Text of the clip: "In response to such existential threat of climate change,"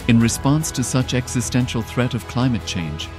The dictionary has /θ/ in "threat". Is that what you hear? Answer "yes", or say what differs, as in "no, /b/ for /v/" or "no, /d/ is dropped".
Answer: yes